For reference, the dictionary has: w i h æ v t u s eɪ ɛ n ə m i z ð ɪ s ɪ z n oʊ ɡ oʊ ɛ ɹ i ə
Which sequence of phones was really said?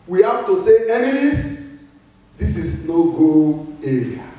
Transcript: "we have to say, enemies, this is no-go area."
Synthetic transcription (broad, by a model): w i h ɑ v t u s eɪ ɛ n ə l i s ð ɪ s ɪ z n oʊ ɡ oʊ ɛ ɹ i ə